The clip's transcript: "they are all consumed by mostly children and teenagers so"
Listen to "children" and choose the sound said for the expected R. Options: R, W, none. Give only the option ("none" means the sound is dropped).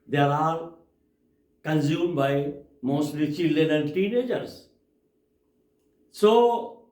none